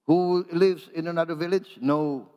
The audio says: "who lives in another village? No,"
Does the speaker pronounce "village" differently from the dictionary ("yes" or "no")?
no